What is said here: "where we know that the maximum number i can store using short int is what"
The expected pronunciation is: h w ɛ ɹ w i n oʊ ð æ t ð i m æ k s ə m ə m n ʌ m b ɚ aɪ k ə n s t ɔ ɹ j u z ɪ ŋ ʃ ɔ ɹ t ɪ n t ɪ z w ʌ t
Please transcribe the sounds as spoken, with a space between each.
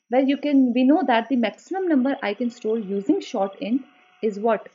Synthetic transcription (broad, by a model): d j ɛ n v i n oʊ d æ t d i m æ k s ə m ə m n ʌ m b ɚ aɪ k ə n s t ɔ ɹ j u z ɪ ŋ ʃ ɔ ɹ t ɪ n ɪ z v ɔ t